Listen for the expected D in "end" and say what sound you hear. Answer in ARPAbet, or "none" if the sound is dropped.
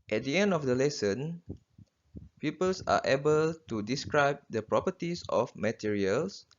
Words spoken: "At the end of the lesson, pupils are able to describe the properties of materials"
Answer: D